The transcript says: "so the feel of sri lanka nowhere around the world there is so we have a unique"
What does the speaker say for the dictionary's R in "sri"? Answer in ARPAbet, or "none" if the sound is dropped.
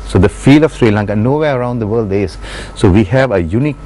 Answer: R